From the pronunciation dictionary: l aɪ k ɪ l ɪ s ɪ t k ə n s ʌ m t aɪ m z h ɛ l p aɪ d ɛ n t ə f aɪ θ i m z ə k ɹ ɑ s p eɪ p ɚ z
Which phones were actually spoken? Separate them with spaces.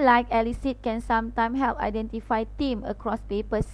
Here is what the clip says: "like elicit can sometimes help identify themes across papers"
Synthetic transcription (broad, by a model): l aɪ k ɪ l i s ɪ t k ə n s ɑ m t aɪ m h ɛ l p aɪ d ɛ n t ə f aɪ t i m ə k ɹ ɑ s p eɪ p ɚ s